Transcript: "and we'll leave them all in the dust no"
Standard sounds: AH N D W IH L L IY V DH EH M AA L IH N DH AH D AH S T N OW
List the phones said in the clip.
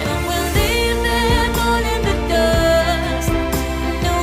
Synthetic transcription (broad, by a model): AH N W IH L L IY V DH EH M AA N IH N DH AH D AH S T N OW